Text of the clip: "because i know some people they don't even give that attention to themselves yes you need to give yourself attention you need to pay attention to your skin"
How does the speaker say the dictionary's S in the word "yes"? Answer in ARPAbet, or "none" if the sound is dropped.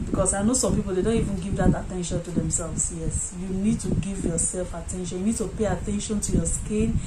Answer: S